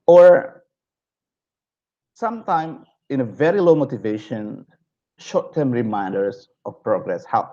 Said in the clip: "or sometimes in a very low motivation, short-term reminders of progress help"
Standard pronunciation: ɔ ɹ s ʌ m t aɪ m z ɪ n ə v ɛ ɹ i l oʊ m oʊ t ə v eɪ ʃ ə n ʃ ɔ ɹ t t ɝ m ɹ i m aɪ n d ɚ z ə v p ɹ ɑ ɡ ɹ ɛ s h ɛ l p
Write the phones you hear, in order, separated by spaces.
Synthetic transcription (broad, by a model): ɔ ɹ s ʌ m t aɪ m ɪ n ə v ɛ ɹ i l oʊ m oʊ t ə v eɪ ʃ ə n ʃ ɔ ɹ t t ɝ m ɹ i m aɪ n d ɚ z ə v p ɹ ɑ ɡ ɹ ɛ s h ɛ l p